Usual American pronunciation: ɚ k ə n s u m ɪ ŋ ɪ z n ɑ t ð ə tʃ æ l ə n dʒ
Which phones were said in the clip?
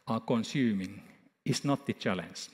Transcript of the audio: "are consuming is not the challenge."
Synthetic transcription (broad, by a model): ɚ k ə n s u m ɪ ŋ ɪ s n ɑ t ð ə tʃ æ l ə n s